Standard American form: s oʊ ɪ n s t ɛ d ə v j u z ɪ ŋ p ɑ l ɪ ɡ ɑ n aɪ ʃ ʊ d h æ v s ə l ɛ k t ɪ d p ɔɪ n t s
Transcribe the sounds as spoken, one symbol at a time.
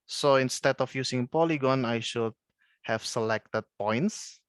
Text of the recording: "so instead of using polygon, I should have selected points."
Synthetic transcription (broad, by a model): s oʊ ɪ n s t ɛ d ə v j u s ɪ ŋ p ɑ l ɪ ɡ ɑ n aɪ ʃ ʊ d h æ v s ə l ɛ k t ɪ d p ɔɪ n t s